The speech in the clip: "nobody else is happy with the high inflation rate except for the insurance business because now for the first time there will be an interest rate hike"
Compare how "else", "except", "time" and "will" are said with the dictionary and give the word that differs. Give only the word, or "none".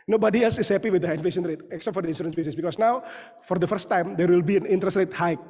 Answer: none